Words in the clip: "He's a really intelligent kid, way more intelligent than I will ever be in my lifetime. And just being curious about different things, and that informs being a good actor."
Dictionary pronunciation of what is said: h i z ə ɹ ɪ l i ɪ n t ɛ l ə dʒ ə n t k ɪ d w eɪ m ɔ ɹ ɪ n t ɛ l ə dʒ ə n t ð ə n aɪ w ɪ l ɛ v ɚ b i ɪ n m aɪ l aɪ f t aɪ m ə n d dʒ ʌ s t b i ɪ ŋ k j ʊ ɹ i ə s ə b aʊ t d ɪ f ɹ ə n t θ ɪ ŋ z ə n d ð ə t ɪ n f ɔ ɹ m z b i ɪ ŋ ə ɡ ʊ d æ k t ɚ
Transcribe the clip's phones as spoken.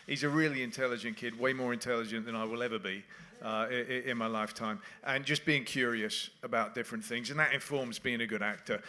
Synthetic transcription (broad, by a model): h i z ə ɹ ɪ l i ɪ n t ɛ l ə dʒ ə n k ɪ d w eɪ m ɔ ɹ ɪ n t ɛ l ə dʒ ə n ð ə n aɪ w ɪ l ɛ v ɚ b i ɪ n m aɪ l aɪ f t aɪ m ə n dʒ ʌ s b i ɪ ŋ k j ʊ ɹ i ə s ə b aʊ t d ɪ f ɹ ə n θ ɪ ŋ z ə n ð ə t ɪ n f ɔ ɹ m z b i ɪ ŋ ə ɡ ʊ d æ k t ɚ